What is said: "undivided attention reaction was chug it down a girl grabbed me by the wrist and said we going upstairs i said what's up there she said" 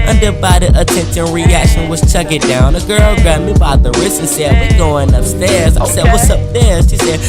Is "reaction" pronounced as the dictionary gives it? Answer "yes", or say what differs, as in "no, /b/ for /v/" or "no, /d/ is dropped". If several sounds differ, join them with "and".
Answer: yes